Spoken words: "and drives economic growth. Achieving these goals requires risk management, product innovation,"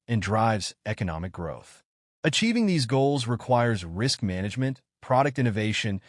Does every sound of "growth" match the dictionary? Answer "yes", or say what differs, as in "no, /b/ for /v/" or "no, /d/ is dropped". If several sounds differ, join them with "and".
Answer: yes